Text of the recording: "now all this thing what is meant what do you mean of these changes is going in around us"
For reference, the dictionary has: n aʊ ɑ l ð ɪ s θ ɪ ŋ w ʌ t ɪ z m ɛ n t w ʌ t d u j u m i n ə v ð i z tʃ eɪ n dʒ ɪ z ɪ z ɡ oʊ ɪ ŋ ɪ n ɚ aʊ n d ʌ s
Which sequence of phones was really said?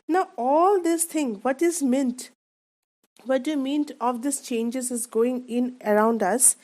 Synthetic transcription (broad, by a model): n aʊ ɑ l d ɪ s t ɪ ŋ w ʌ t ɪ z m ɛ n t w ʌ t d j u m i n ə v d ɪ s tʃ eɪ n dʒ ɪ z ɪ z ɡ oʊ ɪ ŋ ɪ n ɚ aʊ n d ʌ s